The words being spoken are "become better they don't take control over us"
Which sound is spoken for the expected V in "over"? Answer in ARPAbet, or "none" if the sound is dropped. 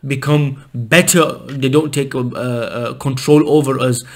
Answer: V